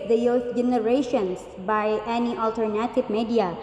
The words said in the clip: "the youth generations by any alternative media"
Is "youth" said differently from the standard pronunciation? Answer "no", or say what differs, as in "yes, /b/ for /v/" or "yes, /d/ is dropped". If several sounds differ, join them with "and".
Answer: yes, /f/ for /θ/